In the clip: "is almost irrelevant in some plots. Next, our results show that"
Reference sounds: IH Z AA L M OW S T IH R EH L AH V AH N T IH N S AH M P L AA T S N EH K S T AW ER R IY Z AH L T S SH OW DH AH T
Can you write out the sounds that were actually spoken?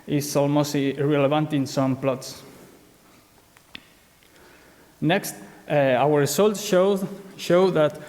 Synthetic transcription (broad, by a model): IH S AA L M OW S T IH R EH L AH V AH N T IH N S AH M P L AA T S N EH K S T AW ER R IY S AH L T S SH OW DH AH T